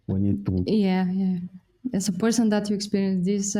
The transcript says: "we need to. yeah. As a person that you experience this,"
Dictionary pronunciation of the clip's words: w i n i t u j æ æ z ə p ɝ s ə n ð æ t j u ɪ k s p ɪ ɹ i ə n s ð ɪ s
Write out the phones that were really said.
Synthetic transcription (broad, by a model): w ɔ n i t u j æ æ s ə p ɝ s ə n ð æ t j u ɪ k s p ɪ ɹ i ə n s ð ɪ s